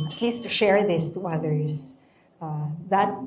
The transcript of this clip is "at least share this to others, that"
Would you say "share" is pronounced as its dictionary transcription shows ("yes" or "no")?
yes